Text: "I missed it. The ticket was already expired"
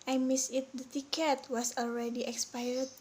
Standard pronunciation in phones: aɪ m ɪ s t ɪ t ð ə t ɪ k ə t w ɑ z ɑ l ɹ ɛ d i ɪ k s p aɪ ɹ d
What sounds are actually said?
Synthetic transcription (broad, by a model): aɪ m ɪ s ɪ t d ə t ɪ k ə t w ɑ s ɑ l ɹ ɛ d i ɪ k s p aɪ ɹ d